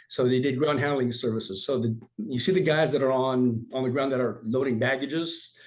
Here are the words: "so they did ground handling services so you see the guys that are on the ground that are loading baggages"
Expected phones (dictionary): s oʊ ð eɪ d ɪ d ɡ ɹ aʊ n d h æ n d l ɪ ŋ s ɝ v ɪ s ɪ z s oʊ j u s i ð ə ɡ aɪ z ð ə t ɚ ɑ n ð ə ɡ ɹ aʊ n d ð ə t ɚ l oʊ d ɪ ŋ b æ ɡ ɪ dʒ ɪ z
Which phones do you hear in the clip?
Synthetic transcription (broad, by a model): s oʊ ð eɪ d ɪ d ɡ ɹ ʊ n h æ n l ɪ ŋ s ɝ v ɪ s ɪ z s oʊ j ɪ s i ð ə ɡ aɪ z ð ə t ɚ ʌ n ð ə ɡ ɹ aʊ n ð ə t ɚ l oʊ d ɪ ŋ b æ ɡ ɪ dʒ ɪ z